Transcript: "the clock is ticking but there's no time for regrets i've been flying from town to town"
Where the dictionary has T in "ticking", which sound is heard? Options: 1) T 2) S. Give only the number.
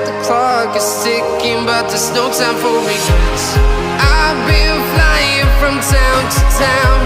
2